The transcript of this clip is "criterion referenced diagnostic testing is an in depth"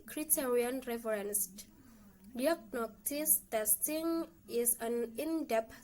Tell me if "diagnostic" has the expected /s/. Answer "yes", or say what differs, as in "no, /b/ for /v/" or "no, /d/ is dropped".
no, /s/ is dropped